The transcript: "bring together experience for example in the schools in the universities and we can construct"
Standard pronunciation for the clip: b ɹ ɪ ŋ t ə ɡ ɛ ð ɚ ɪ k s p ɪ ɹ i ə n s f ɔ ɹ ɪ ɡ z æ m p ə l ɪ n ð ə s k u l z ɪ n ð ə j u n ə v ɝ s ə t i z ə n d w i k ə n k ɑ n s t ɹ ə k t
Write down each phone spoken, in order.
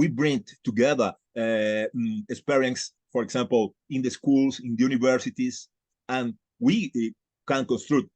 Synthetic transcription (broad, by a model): b ɹ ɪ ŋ t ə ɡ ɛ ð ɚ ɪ k s p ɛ ɹ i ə n s f ɔ ɹ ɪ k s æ m p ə l ɪ n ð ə s k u l s ɪ n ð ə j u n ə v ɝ s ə t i s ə n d w i k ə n k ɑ n s t ɹ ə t